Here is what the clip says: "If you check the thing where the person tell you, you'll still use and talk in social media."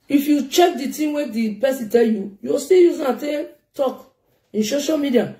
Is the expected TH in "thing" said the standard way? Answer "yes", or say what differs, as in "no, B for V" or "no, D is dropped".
no, T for TH